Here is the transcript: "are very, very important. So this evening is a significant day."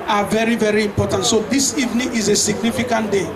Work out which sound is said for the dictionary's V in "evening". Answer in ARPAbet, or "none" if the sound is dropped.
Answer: V